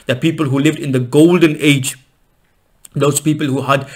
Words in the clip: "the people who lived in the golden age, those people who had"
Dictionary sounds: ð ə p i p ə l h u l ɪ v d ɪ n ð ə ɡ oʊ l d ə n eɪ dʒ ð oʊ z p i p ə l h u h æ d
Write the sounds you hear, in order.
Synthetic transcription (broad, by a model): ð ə p i p ə l h u l ɪ v d ɪ n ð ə ɡ oʊ l d ə n eɪ dʒ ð oʊ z p i p ə l h u h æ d